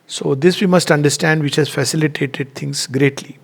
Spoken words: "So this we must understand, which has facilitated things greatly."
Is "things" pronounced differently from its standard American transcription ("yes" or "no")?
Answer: yes